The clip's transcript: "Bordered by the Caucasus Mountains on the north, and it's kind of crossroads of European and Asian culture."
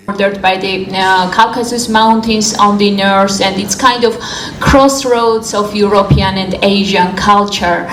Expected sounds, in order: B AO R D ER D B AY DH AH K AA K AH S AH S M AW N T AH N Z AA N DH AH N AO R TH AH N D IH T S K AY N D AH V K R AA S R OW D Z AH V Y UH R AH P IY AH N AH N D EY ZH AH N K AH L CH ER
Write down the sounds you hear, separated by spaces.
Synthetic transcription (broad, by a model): R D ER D B AY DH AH K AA K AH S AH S M AW N T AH N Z AA N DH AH N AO R S AH N D IH T S K AY N D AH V K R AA S R OW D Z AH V Y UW R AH P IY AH N AH N D EY ZH AH N K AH L CH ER